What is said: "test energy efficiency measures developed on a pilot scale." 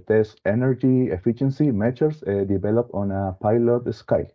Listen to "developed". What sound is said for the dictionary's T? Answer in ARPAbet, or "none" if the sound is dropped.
none